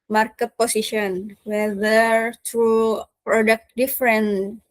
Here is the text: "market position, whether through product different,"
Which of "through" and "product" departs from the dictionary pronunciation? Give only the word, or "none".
through